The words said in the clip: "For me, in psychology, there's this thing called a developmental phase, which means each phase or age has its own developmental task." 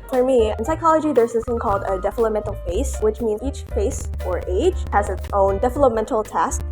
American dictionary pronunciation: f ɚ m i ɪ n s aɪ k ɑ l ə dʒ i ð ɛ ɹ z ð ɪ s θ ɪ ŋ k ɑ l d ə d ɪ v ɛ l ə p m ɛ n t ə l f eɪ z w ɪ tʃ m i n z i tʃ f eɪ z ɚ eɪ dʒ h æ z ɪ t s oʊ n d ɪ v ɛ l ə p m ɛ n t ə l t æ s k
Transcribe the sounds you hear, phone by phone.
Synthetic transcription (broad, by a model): f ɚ m i ɪ n s aɪ k ɑ l ə dʒ i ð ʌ ɹ z ð ɪ s θ ɪ ŋ k ɑ l d ə d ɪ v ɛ l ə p m ɛ n t l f eɪ s w ɪ tʃ m i n z i tʃ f eɪ s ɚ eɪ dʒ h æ z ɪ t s oʊ n d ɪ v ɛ l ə p m ɛ n t l t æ s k